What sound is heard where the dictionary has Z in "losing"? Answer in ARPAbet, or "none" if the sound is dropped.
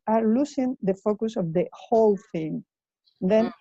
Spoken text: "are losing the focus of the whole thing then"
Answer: S